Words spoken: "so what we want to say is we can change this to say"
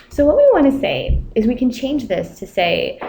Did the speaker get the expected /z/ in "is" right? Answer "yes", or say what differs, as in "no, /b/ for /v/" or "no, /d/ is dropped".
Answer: yes